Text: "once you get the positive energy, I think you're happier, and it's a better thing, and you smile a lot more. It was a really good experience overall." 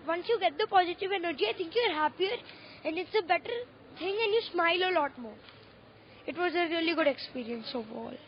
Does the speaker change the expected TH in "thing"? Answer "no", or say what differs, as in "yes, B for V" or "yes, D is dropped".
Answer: yes, T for TH